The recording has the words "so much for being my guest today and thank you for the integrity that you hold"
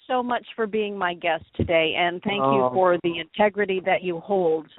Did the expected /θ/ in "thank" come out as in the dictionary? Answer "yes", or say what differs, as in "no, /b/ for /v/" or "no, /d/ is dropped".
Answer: yes